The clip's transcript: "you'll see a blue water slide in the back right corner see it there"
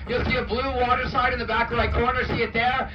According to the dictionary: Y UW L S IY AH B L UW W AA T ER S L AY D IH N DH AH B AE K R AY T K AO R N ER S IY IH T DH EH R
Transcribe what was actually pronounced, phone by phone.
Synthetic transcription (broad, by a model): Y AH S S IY AH B L UW W AA T ER S AY D IH N DH AH B AE K L AY K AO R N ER S IY IH T DH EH R